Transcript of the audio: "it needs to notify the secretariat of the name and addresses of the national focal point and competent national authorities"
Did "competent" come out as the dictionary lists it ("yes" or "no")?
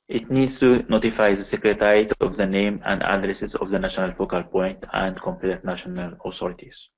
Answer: no